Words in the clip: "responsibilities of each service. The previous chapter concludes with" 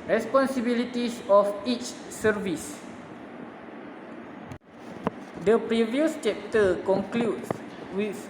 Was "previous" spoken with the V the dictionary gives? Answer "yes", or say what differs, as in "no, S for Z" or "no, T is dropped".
yes